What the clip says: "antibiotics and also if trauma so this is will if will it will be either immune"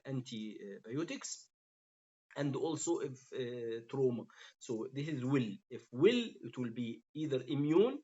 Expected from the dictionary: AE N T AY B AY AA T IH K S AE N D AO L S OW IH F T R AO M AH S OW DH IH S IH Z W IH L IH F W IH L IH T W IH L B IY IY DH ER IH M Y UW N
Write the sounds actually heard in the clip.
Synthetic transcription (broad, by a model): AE N T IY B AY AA T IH K S AE N D AO L S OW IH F T R AO M AH S OW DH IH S IH Z W IH L IH F W IH L IH T W IH L B IY IY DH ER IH M Y UW N